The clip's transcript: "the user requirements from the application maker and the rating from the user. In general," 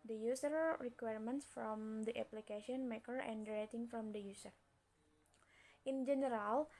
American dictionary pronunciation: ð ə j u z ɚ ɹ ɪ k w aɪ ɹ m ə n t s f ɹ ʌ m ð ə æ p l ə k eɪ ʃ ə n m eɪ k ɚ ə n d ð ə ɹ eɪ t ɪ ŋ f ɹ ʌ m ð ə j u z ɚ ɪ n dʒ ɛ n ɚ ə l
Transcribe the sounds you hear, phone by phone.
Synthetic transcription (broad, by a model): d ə j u s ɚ ɹ ɪ k w aɪ ɹ m ə n t s f ɹ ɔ m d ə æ p l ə k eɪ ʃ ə n m eɪ k ɚ ə n d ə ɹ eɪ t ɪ ŋ f ɹ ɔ m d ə j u s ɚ ɪ n dʒ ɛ n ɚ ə l